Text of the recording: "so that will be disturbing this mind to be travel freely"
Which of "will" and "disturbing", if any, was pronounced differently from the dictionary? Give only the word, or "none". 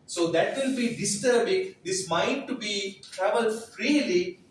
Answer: will